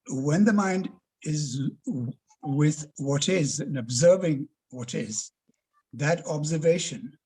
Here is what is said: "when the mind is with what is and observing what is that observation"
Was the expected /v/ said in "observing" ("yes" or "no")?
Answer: yes